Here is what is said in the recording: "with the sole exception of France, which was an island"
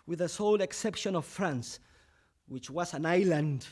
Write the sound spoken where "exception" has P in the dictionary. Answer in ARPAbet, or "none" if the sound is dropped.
P